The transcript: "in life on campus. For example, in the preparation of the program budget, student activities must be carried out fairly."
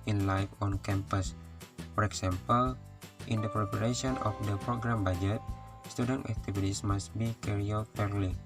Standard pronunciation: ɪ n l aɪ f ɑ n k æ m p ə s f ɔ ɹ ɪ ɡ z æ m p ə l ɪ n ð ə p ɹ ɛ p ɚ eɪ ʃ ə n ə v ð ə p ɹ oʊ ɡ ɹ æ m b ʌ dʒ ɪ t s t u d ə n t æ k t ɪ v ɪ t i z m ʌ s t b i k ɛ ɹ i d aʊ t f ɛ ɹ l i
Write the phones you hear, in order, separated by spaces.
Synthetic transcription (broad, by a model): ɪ n l aɪ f ɑ n k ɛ m p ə s f ɔ ɹ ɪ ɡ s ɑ m p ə l ɪ n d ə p ɹ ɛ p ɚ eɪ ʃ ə n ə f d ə p ɹ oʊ ɡ ɹ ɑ m b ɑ dʒ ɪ t s t u d ə n t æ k t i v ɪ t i s m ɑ s t b i k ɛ ɹ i aʊ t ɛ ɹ l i